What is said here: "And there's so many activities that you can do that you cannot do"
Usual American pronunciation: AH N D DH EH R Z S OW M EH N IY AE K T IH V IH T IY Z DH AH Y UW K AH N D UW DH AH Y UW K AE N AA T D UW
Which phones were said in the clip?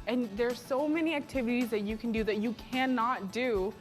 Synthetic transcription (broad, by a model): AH N DH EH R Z S OW M EH N IY AE K T IH V IH T IY Z DH AH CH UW K N D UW DH AH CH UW K AE N AA T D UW